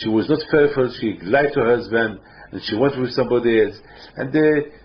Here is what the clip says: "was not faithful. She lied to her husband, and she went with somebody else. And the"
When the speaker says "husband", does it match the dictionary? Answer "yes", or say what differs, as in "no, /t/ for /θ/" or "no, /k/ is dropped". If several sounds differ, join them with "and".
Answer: yes